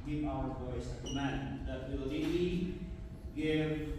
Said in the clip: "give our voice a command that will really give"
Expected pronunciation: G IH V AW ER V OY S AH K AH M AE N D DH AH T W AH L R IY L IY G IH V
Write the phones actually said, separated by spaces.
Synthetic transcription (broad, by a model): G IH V AW ER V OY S AH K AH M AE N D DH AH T W AH L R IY IY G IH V